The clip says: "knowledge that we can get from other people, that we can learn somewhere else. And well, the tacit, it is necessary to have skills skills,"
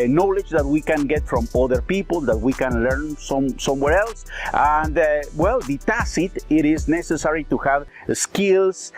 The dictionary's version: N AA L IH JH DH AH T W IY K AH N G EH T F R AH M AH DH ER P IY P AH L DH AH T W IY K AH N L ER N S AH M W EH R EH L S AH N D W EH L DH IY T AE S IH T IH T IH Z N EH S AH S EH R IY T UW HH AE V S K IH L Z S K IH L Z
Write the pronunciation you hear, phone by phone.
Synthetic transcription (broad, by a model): N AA L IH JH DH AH T W IY K AH N G EH T F R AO M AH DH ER P IY P AH L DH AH T W IY K AH N L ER N S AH M W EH R EH L S AH N D W EH L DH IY T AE S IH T IH T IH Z N EH S AH S EH R IY T UW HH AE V S K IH L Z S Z